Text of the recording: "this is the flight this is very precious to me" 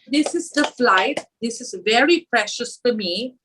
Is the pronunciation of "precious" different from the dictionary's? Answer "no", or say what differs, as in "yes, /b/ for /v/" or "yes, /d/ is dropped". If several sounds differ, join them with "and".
no